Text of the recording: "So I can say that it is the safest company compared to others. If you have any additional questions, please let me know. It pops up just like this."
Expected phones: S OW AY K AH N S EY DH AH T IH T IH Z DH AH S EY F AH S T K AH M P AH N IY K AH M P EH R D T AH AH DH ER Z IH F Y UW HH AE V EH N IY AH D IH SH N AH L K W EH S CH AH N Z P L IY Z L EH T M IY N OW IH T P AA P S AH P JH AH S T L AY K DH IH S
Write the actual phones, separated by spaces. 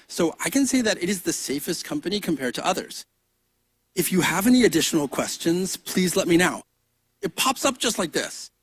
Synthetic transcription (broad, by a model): S OW AY K AH N S EY DH AH T IH T IH Z DH AH S EY F AH S T K AH M P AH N IY K AH M P EH R D T AH AH DH ER Z IH F Y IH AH V EH N IY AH D IH SH N L K W EH S CH AH N Z P L IY Z L EH T M IY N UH IH T P AA P S AH P ZH AH S T L AY K DH IH S